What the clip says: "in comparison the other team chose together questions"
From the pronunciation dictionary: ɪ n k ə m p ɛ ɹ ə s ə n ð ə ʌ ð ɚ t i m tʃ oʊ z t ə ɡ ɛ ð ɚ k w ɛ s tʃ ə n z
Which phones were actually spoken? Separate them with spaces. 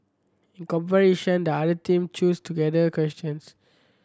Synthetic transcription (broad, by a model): ɪ n k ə m p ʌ ɹ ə ʃ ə n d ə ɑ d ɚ t i m tʃ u s t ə ɡ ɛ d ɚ k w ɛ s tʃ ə n s